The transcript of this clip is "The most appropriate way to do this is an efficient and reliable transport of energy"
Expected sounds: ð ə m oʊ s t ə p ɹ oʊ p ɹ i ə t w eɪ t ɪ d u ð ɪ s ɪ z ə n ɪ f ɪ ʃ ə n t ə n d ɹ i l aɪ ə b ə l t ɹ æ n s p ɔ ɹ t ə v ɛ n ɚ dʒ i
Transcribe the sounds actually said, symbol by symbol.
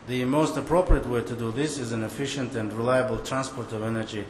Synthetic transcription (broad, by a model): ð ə m oʊ s t ə p ɹ oʊ p ɹ i ə t w eɪ t ɪ d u ð ɪ s ɪ z ə n ɪ f ɪ ʃ ə n t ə n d ɹ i l aɪ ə b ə l t ɹ æ n s p ɔ ɹ t ə v ɛ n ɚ dʒ i